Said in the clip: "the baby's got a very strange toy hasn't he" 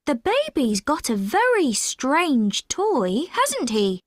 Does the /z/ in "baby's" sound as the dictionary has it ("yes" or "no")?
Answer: yes